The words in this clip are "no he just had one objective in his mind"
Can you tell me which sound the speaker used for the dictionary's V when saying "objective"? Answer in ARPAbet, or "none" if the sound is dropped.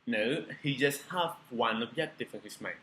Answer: F